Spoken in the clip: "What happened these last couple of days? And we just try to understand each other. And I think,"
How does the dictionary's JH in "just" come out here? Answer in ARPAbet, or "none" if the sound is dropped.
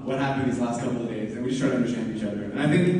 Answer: SH